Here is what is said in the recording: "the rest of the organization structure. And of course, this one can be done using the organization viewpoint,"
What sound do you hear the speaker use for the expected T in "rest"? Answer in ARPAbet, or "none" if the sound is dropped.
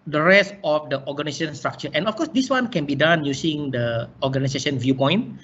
T